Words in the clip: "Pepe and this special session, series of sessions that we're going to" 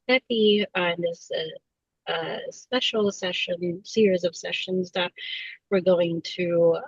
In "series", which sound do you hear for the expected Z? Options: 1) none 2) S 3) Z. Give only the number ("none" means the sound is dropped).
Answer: 3